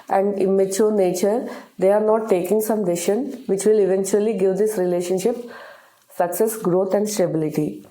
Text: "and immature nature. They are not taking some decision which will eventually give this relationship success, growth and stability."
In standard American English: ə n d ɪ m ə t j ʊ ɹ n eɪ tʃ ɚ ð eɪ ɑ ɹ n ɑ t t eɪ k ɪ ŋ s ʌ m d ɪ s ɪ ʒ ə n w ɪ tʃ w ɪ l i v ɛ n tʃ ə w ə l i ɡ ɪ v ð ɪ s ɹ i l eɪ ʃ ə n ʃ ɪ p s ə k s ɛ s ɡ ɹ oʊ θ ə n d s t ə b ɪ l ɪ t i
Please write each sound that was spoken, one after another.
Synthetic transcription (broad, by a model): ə n d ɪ m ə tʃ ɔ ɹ n eɪ tʃ ɚ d eɪ ɑ ɹ n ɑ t t eɪ k ɪ ŋ s ʌ m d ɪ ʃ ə n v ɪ tʃ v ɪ l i v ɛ n tʃ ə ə l i ɡ ɪ v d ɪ s ɹ i l eɪ ʃ ə n ʃ ɪ p s ə k s ɛ s ɡ ɹ oʊ t ə n d s t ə b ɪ l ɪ t i